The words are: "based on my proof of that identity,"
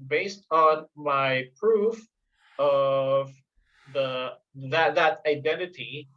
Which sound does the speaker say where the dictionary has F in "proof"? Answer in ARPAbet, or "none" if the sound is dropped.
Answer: F